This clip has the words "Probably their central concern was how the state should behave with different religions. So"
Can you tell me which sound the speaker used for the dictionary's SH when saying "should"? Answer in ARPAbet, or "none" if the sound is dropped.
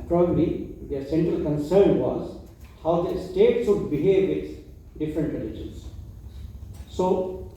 S